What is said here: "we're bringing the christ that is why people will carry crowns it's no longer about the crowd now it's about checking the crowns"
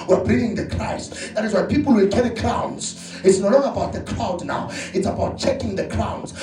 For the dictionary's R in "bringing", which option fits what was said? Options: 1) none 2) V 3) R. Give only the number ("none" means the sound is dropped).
1